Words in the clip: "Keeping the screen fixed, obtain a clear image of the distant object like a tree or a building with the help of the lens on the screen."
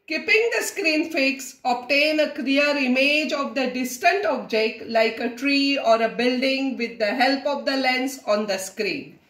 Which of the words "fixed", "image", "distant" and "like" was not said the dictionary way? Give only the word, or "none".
fixed